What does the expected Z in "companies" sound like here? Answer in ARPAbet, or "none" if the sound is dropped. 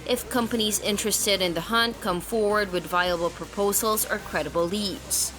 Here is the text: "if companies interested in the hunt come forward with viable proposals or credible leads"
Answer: Z